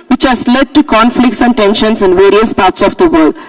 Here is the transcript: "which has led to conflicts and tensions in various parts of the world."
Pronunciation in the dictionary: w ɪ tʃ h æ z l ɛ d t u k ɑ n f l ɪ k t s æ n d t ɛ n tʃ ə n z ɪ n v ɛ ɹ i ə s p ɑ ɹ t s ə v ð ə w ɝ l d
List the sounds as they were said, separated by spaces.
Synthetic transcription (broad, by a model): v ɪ tʃ h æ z l ɛ d t u k ɑ n f l ɪ k t s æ n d t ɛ n ʃ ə n s ɪ n v ɛ ɹ i ə s p ɑ ɹ t s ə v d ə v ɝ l d